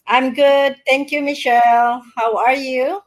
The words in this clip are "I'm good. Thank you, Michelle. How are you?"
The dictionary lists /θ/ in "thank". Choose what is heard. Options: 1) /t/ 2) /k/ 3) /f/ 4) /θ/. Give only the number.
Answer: 1